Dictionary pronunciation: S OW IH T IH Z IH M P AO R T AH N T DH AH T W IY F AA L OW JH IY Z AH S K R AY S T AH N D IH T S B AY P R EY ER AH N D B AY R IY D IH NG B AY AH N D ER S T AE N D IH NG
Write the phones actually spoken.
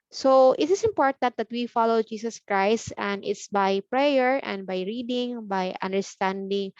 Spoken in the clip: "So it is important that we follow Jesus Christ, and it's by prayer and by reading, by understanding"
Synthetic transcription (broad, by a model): S OW IH T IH S IH M P AO R T AH N T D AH T W IY F AA L OW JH IY S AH S K R AY S T AH N D IH T S B AY P R EY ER AH N D B AY R IY D IH NG B AY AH N D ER S T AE N D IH NG